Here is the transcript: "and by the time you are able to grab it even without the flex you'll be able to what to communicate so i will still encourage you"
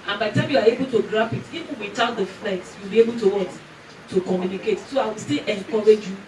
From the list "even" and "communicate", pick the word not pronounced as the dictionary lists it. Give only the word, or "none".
even